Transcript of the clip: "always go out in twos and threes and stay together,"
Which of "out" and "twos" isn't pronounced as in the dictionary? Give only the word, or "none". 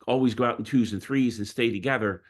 none